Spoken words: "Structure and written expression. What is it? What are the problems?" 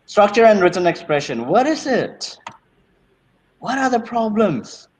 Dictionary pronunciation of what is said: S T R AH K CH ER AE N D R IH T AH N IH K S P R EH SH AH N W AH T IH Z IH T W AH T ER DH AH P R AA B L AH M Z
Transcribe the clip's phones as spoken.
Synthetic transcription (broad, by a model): S T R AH K CH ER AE N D R IH T AH N IH K S P R EH SH AH N W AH T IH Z IH T W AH T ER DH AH P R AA B L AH M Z